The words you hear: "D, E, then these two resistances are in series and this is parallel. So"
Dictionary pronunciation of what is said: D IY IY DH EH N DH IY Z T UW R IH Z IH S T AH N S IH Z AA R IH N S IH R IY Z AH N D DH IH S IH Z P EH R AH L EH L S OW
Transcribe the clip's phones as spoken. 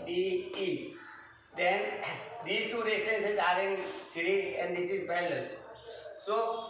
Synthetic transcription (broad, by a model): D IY IY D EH N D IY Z T UW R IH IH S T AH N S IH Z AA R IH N S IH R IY AH N D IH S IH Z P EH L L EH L S OW